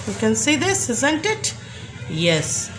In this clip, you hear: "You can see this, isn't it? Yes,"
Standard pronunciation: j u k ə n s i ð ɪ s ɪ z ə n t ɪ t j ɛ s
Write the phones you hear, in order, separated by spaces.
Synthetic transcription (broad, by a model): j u k ə n s i ð ɪ s ɪ z ə n t ɪ t j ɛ s